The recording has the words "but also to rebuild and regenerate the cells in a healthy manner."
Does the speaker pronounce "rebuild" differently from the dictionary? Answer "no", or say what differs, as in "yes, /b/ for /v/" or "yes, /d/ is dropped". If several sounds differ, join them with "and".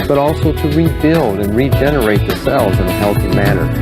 no